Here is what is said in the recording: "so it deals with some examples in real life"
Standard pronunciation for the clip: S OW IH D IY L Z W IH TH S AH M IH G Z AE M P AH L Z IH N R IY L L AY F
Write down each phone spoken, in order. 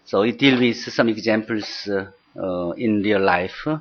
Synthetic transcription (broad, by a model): S OW IH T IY L W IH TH S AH M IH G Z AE M P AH L S IH N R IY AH L AY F